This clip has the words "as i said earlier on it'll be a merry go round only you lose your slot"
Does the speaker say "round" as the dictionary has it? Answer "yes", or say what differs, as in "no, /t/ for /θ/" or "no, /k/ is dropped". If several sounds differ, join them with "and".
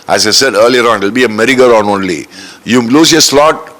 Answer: no, /d/ is dropped